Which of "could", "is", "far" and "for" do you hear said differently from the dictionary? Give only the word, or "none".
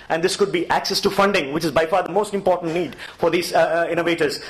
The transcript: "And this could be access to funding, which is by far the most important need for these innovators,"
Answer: none